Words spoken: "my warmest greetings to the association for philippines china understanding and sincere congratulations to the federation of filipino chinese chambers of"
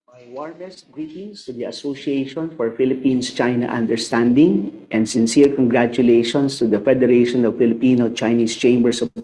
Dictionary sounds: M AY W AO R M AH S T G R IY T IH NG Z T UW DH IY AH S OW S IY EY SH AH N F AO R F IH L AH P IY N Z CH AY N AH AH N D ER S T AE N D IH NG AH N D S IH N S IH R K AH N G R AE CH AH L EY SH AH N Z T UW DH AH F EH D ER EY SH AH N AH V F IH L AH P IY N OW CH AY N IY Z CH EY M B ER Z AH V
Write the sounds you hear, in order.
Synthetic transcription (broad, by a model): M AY W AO R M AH S T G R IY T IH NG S T UW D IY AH S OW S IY EY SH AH N F AO R F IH L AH P IY N S CH AY N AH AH N D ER S T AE N D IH NG AH N D S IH N S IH R K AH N G R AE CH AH L EY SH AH N S T UW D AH F EH D ER EY SH AH N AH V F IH L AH P IY N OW CH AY N IY S CH EY M B ER S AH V